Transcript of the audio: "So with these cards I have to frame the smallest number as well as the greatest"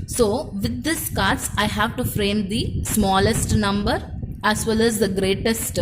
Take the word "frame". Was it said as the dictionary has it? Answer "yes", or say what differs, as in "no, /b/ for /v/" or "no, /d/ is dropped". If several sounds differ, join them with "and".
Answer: yes